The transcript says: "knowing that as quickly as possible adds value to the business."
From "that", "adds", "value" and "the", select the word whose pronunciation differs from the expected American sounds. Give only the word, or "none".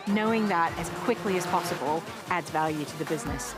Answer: none